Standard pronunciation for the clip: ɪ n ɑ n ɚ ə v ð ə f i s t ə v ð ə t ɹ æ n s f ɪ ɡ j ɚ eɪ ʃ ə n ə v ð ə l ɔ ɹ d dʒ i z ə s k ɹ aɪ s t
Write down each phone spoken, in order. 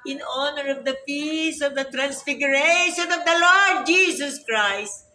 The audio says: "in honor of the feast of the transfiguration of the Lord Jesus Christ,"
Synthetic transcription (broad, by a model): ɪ n ɑ n ɚ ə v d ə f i s ə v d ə t ɹ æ n s f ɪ ɡ j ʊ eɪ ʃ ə n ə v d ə l ɔ ɹ d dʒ i s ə s k ɹ aɪ s t